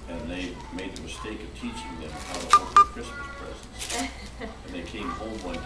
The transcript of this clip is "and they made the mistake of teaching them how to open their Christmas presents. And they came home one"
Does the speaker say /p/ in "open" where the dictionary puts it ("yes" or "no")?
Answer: no